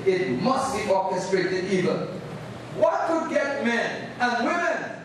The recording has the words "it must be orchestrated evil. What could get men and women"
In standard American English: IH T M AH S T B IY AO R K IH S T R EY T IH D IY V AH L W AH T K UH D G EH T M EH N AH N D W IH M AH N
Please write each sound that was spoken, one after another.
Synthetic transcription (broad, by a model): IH T M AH S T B IY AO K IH S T R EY T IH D IY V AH N W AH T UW G EH T M EH N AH N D W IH M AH N